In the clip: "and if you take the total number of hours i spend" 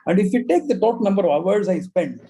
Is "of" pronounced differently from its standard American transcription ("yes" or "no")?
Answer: no